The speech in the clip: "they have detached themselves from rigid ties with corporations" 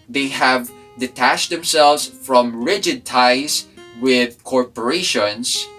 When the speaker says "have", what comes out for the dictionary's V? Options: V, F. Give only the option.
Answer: V